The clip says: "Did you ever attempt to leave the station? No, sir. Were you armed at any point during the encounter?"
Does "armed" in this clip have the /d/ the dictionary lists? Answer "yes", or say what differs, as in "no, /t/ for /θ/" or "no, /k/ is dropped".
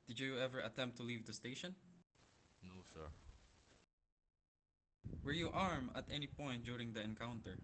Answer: no, /d/ is dropped